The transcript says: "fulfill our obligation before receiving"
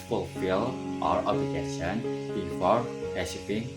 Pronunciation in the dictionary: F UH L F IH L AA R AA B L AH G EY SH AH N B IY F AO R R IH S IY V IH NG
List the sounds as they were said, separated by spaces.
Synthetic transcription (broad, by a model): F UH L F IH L AA R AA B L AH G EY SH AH N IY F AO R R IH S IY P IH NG